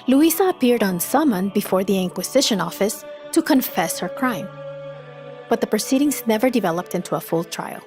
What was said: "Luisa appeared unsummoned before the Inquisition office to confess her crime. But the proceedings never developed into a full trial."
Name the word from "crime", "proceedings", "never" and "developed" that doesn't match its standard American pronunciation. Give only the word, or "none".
none